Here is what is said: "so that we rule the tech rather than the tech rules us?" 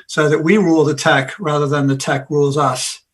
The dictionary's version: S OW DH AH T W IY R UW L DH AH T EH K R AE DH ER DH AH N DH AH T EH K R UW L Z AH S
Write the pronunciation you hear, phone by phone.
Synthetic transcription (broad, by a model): S OW DH AH T W IY R UW L DH AH T EH K R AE DH ER DH AH N DH AH T EH K R UW L Z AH S